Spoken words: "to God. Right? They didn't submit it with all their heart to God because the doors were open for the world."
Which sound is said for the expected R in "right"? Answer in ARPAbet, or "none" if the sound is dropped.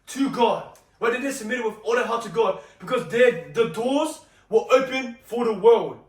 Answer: W